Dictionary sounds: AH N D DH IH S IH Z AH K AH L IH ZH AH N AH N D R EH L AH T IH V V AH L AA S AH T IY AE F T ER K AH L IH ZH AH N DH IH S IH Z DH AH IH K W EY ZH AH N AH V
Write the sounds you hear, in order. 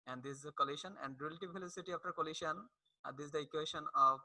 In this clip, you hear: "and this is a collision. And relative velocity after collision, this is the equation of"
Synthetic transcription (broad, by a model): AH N D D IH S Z AH K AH L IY SH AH N AH N D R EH L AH T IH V F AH L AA S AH T IY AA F T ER K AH L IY SH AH N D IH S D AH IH K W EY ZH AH N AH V